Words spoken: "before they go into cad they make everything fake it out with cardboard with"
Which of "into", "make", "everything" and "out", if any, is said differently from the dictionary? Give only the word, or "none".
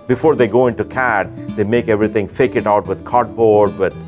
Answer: everything